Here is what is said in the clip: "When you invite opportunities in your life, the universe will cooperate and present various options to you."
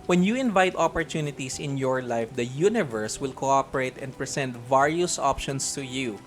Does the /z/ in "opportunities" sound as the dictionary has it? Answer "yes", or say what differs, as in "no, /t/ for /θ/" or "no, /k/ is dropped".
no, /s/ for /z/